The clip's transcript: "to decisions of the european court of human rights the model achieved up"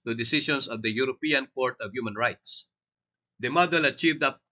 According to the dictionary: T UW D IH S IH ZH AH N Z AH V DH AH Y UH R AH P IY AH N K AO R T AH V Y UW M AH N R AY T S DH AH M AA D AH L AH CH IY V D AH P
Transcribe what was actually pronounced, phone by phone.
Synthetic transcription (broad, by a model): T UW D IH S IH SH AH N S AH V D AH Y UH R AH P IY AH N K AO R T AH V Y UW M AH N R AY T S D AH M AA D AH L AH CH IY V D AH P